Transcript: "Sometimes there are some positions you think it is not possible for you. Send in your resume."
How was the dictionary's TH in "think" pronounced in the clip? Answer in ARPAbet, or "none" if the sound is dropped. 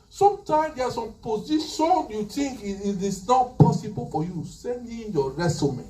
T